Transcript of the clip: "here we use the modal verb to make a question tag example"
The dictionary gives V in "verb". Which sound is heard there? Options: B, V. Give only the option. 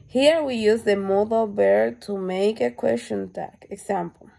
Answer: B